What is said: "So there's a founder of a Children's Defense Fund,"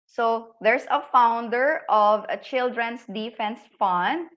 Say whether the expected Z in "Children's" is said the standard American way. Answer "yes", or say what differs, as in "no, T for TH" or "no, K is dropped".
no, S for Z